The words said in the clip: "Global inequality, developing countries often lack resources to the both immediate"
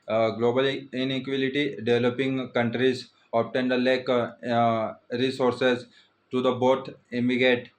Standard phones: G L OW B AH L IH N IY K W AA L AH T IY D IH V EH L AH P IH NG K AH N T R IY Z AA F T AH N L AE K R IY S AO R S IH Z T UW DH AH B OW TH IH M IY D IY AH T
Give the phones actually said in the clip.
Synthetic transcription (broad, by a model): G L OW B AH L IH N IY K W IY L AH T IY D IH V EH L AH P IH NG K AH N T R IY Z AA P T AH N L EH K R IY S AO R S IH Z T UW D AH B OW T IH M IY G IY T